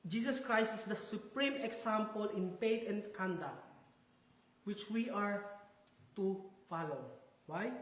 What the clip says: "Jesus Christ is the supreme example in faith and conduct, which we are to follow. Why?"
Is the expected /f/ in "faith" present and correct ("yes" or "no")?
no